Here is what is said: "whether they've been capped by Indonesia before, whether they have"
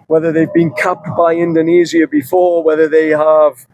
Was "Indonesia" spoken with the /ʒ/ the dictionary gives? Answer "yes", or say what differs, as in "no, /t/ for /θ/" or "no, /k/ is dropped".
no, /z/ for /ʒ/